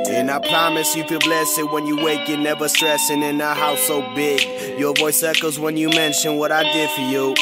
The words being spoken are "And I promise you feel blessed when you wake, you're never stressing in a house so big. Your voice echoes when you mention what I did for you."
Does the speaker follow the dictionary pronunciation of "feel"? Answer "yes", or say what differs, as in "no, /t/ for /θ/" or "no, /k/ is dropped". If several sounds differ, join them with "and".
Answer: no, /n/ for /l/